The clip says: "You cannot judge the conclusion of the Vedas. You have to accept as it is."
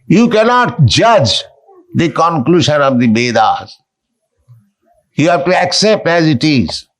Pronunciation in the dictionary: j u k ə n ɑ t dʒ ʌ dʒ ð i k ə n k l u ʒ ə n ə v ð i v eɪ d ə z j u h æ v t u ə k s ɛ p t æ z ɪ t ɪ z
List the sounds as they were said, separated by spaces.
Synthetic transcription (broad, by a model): j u k ə n ɑ t dʒ ʌ dʒ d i k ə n k l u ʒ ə n ə v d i b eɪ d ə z j u h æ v t u ə k s ɛ p t æ z ɪ t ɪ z